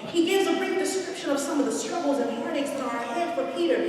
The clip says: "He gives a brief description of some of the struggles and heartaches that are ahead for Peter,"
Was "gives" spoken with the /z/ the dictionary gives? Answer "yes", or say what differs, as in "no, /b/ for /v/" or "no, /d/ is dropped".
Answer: yes